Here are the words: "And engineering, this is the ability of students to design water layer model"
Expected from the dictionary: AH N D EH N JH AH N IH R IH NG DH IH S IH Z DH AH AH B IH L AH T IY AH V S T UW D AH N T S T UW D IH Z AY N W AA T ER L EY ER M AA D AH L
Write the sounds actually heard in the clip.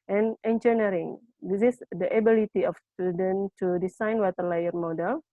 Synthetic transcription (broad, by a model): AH N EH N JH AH N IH R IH NG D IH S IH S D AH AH B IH L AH T IY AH F S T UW D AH N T T UW D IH S AY N W AA T ER L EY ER M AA D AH L